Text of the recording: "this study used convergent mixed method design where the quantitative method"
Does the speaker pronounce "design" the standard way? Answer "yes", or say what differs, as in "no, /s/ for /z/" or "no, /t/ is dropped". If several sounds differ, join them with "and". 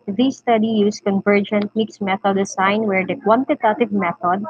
no, /s/ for /z/